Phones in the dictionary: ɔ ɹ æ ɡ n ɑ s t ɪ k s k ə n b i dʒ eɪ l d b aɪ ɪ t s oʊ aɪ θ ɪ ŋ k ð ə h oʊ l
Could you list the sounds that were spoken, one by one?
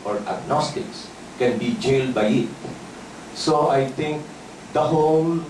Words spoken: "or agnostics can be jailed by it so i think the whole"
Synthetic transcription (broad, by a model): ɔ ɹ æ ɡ n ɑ s t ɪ k s k ə n b i dʒ eɪ l d b aɪ ɪ t s oʊ aɪ t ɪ ŋ k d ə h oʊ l